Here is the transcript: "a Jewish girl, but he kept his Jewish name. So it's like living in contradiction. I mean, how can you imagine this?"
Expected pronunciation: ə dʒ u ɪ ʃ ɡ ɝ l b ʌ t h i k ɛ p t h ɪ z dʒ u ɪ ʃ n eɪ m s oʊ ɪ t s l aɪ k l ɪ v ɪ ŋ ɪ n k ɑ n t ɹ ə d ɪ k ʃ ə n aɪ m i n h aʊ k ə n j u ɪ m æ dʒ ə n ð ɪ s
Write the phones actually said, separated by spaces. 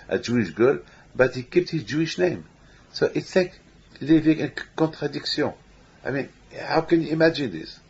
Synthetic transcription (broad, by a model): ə dʒ u ɪ ʃ ɡ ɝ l b ʌ t h i k ɛ p t h ɪ z dʒ u ɪ ʃ n eɪ m s oʊ ɪ t s l aɪ k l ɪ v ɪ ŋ ɪ n k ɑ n t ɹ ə d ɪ k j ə aɪ m i n h aʊ k ə n j u ɪ m æ dʒ ə n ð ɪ s